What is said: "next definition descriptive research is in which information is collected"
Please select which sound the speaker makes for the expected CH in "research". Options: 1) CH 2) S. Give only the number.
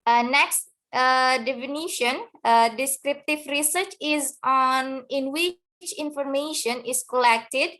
1